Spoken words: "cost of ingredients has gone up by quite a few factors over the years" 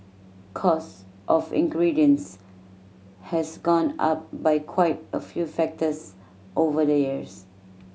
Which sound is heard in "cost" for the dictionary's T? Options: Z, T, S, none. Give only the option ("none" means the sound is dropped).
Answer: T